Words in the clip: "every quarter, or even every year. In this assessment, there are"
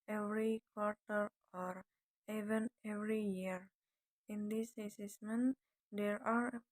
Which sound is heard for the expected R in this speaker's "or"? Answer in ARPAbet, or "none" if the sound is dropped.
R